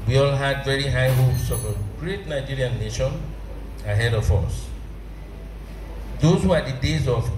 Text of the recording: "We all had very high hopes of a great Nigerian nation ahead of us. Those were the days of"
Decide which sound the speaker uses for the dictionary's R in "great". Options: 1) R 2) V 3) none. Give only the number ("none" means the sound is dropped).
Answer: 1